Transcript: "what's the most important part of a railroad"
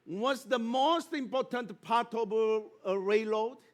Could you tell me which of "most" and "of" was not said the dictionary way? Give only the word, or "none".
of